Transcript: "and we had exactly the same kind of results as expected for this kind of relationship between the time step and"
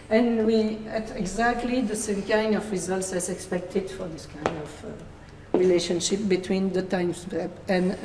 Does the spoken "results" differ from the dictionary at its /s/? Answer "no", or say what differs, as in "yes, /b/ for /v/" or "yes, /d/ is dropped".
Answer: no